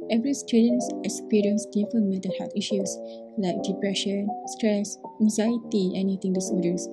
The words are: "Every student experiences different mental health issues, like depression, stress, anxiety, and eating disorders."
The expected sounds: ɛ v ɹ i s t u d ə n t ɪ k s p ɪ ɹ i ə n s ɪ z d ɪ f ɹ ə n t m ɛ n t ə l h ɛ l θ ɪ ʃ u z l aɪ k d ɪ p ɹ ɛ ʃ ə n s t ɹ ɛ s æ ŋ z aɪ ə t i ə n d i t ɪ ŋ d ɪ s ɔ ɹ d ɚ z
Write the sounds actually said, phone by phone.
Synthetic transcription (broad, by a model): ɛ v ɹ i s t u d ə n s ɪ k s p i ɹ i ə n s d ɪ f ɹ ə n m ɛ t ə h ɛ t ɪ ʃ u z l aɪ k d ɪ p ɹ ɛ ʃ ə n s t ɹ ɛ s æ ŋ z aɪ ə t i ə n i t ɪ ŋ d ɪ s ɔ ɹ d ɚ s